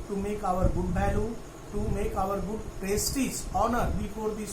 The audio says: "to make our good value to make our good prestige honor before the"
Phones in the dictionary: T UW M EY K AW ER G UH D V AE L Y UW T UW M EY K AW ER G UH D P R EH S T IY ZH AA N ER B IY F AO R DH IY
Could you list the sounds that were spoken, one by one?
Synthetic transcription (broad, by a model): T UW M EY K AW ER G UH D B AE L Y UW T UW M EY K AW ER G UH D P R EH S T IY S AA N ER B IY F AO R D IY